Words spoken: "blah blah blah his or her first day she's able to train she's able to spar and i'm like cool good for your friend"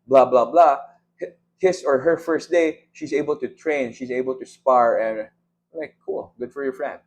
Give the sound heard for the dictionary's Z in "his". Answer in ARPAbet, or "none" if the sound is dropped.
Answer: S